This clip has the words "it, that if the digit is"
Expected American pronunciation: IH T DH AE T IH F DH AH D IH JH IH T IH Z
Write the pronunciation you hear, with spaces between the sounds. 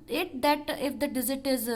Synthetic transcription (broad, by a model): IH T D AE T IH F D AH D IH Z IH T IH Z